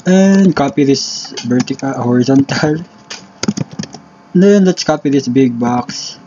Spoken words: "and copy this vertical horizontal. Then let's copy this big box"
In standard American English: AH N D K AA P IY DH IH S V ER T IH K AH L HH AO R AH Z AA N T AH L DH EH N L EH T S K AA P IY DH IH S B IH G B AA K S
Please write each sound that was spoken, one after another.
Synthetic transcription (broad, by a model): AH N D K AA P IY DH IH S B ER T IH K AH HH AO R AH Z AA N T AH L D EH N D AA T S K AA P IY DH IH S B IH G B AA K S